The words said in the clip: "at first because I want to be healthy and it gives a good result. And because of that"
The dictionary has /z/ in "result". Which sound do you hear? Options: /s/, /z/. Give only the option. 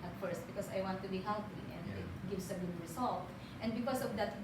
/s/